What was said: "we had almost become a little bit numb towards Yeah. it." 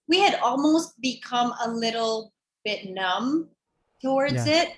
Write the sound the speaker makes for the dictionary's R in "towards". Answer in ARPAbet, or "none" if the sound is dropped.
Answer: R